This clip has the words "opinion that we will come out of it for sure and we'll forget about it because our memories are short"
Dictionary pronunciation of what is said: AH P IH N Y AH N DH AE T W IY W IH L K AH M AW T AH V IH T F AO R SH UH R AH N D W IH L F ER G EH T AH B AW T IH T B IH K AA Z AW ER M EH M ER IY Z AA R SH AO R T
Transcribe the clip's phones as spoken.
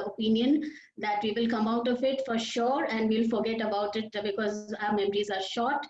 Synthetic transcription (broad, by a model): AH P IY N Y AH N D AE T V IY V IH L K AH M AW T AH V IH T F AO R SH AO R AH N D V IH L F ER G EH T AH B AW T IH T B IH K AA Z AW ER M EH M ER IY Z AA R SH AO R T